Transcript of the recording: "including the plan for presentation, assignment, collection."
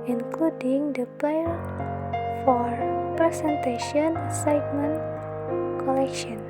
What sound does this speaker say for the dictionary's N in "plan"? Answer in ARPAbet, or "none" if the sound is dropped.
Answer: L